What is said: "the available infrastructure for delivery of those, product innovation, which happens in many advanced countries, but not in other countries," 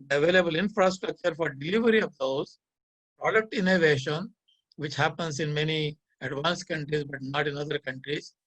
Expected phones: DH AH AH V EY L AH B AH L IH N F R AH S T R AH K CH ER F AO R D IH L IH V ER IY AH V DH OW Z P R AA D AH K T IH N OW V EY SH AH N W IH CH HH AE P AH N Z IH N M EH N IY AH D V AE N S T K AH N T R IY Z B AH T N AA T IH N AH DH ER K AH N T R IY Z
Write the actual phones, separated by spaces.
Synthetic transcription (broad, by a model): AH AH V EY L AH B AH L IH N F R AH S T R AH K CH ER F AO R D IH L IH V ER IY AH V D OW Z P R AA D AH K T IH N OW V EY SH AH N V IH CH HH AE P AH N S IH N M EH N IY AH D V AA N S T K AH N T R IY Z B AH T N AA T IH N AH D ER K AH N T R IY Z